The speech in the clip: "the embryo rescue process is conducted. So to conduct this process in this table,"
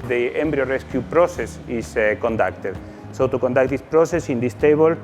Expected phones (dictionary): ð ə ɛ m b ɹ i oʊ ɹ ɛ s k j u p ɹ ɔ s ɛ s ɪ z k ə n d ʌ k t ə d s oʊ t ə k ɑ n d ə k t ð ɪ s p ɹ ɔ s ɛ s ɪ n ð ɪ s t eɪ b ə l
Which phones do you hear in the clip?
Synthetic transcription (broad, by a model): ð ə ɛ m b ɹ i oʊ ɹ ɛ s k j u p ɹ ɔ s ɛ s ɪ s k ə n d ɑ k t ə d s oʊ t ə k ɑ n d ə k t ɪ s p ɹ ɔ s ɛ s ɪ n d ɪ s t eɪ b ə l